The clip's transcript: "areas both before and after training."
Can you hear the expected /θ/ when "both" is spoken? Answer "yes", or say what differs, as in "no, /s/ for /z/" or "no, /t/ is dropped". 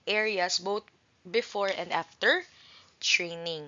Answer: no, /t/ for /θ/